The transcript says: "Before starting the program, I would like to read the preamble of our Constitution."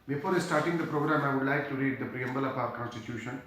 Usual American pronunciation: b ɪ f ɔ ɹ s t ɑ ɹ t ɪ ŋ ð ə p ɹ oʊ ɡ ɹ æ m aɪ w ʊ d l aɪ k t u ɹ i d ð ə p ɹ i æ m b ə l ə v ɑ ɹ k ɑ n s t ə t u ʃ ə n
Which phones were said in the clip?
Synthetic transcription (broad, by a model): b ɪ f ɔ ɹ s t ɑ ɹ t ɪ ŋ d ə p ɹ oʊ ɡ ɹ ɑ m aɪ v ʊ d l aɪ k t u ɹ i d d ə p ɹ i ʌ m b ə l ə p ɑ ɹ k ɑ n s t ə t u ʃ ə n